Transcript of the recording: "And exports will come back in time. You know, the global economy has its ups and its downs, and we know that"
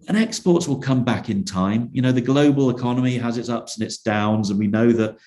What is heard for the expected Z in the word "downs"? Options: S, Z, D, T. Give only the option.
Z